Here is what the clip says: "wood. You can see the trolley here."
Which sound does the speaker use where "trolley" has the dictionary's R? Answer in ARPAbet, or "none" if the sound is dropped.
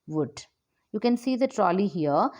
R